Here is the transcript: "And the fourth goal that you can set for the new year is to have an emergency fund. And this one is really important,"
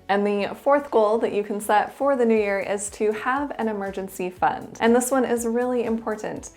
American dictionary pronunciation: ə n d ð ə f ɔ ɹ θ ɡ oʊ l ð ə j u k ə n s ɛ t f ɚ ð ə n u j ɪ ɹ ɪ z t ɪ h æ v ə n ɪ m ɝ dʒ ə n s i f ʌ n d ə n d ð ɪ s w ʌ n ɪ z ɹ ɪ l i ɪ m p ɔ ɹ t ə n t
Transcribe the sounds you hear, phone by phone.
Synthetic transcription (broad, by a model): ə n ð ə f ɔ ɹ θ ɡ oʊ l ð ə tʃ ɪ k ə n s ɛ t f ɚ ð ə n u j ɪ ɹ ɪ z t ɪ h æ v ə n ɪ m ɝ dʒ ə n s i f ʌ n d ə n ð ɪ s w ʌ n ɪ z ɹ ɪ l i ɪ m p ɔ ɹ t n t